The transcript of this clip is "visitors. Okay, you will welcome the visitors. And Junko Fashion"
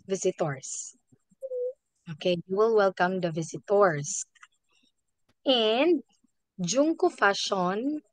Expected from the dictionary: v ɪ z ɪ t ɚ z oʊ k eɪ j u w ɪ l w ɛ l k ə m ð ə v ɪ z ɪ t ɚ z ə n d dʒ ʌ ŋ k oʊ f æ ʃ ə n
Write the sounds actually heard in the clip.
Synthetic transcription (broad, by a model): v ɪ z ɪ t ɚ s oʊ k eɪ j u w ɪ l w ɛ l k ə m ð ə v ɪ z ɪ t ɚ s ə n d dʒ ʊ ŋ k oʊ f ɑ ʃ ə n